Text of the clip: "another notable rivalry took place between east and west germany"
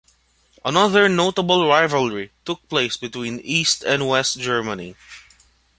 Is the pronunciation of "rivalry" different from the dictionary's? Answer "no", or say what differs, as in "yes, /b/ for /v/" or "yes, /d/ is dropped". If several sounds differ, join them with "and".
no